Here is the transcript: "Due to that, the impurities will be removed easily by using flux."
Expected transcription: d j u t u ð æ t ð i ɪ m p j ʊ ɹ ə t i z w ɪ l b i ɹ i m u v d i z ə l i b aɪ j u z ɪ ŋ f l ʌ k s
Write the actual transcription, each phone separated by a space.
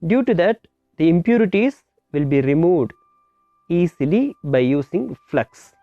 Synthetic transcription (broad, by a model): d j u t u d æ t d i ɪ m p j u ɹ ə t i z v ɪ l b i ɹ i m u v d i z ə l i b aɪ j u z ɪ ŋ f l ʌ k s